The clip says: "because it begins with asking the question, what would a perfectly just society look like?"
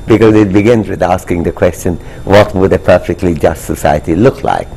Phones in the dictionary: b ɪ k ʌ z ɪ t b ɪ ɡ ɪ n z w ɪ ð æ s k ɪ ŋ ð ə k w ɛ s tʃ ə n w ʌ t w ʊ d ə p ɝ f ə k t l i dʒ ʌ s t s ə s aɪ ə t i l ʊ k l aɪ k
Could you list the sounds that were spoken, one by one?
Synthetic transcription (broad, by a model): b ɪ k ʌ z ɪ t b ɪ ɡ ɪ n z w ɪ ð æ s k ɪ ŋ ð ə k w ɛ s tʃ ə n w ʌ t w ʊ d ə p ɝ f ə k t l i dʒ ʌ s t s ə s aɪ ə t i l ʊ k l aɪ k